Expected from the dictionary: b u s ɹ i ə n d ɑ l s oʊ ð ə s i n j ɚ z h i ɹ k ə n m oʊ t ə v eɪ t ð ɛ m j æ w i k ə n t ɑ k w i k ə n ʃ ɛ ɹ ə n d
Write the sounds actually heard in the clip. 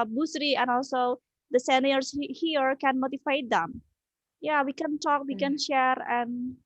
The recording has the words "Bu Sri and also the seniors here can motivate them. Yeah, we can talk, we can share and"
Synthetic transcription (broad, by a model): b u s ɹ i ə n ɑ l s oʊ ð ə s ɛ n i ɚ s h i ɹ k ə n m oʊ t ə f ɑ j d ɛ m j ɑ w i k ə n t ɑ k w i k ə n ʃ ɛ ɹ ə n